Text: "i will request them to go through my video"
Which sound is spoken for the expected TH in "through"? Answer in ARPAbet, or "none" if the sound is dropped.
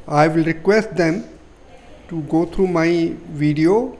T